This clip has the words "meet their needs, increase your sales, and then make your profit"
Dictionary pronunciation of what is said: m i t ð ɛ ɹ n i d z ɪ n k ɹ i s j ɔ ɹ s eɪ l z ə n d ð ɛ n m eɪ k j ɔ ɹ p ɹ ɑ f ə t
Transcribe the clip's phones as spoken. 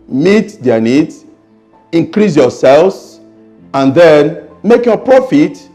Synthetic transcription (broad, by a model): m i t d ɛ n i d ɪ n k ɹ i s j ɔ s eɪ l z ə n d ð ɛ n m eɪ k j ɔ p ɹ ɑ f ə t